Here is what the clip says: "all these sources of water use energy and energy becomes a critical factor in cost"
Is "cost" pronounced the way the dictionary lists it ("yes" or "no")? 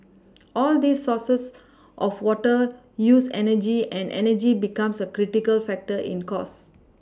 no